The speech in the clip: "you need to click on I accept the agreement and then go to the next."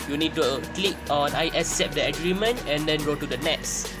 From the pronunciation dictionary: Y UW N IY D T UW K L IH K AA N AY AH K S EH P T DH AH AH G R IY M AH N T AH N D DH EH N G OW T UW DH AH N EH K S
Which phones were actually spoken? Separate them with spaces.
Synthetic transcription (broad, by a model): Y UW N IY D T UW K L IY K AA N AY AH S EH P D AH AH G R IY M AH N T AH N D EH N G OW T UW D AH N EH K S